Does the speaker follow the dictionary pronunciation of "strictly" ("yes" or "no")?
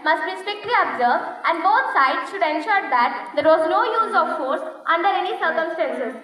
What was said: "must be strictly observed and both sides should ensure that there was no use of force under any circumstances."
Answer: yes